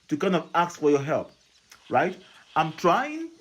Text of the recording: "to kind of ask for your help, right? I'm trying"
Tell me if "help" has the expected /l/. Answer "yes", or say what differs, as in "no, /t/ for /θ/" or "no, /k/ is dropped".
yes